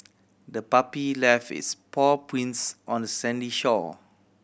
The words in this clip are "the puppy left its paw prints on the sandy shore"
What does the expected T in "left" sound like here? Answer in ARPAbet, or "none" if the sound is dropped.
none